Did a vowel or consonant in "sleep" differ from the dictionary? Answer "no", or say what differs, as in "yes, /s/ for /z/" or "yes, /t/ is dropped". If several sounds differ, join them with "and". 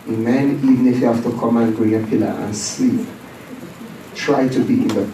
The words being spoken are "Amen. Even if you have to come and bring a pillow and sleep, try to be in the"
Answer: yes, /l/ is dropped